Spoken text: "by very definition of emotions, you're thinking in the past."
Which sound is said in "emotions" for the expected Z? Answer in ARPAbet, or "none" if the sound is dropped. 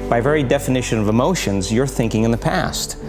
Z